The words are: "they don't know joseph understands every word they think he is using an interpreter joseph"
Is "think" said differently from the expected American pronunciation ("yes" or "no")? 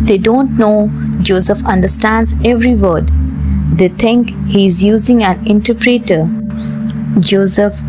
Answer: yes